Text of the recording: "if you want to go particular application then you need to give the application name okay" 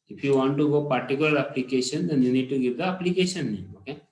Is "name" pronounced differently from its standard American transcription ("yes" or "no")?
yes